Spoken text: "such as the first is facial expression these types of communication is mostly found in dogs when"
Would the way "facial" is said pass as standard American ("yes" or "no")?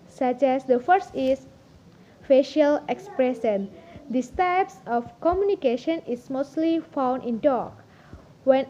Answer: yes